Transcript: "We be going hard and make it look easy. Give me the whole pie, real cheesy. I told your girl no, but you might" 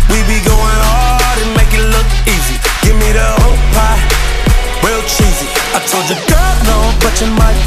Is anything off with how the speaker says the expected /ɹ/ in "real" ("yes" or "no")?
yes